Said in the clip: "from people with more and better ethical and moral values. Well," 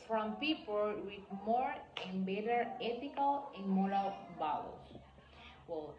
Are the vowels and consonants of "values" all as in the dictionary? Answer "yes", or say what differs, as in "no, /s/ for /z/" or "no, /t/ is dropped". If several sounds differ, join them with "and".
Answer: no, /b/ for /v/